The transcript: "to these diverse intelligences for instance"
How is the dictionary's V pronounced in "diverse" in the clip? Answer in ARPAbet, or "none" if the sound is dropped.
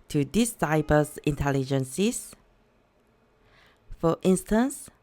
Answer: B